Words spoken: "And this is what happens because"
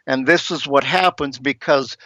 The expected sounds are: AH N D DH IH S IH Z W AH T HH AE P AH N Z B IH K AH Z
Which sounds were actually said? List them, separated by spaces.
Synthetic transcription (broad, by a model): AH N DH IH S IH Z W AH T HH AE P AH N Z B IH K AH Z